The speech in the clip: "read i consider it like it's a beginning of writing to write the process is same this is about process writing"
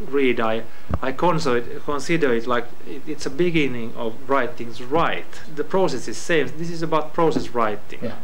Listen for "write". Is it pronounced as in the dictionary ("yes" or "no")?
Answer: yes